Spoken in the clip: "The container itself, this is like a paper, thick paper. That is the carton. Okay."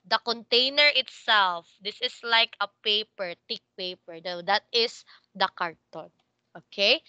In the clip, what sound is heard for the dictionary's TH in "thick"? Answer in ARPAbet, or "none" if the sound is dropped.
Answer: T